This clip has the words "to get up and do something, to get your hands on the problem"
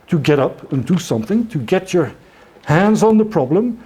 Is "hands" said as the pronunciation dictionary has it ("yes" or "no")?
yes